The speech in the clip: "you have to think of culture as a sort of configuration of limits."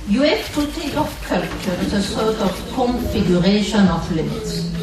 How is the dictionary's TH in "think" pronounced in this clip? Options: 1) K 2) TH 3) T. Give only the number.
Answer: 3